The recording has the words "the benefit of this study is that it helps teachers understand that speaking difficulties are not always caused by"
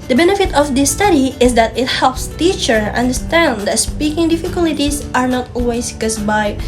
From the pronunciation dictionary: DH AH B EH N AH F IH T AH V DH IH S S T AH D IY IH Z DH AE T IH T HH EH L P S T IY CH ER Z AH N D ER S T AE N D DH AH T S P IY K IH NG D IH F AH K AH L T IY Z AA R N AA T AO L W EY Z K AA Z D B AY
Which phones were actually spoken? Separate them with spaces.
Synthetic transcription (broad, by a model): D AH B EH N AH F IH T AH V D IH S S T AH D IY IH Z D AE T IH T HH EH L P S T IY CH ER AH N D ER S T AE N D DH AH T S P IY K IH NG D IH F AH K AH L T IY S AA R N AA T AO L W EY S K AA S B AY